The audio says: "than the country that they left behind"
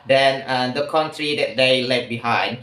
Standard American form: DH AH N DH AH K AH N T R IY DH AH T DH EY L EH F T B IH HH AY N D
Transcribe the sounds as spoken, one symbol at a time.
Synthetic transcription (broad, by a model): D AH N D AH K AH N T R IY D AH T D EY L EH T B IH HH AY N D